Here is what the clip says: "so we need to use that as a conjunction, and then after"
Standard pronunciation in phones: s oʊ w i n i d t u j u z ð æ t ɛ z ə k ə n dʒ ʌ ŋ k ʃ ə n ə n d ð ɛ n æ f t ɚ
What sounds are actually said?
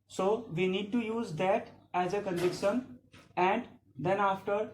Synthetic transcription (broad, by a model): s oʊ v i n i d t u j u z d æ t ɛ z ə k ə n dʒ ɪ k ʃ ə n ə n d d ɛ n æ f t ɚ